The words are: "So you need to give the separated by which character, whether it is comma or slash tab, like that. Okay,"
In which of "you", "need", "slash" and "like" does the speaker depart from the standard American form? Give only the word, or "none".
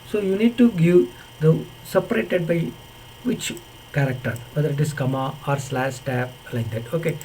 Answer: slash